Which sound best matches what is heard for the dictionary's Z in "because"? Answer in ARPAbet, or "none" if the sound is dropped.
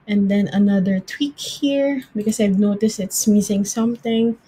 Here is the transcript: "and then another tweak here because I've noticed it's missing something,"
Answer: S